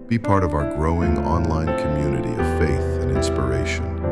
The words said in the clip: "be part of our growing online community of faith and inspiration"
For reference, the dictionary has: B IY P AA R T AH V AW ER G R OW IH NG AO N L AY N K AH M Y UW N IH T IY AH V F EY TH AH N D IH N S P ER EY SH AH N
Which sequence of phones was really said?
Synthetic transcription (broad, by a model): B IY P AA R T AH V AW ER G R OW IH NG AO N L AY N K AH M Y UW N IH T IY AH V F EY TH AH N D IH N S P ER EY SH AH N